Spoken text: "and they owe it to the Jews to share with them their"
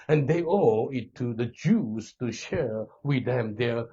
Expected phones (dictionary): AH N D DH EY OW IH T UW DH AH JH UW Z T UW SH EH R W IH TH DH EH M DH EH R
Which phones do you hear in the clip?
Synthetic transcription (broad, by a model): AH N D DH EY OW IH T UW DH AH JH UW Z T UW SH EH R W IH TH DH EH M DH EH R